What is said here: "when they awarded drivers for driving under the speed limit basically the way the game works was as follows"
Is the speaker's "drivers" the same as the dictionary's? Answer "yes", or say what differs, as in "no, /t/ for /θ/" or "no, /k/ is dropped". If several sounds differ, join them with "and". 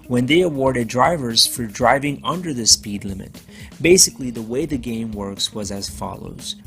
yes